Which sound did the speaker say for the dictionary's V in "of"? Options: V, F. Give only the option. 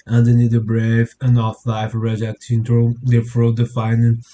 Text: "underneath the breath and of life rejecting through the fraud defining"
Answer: F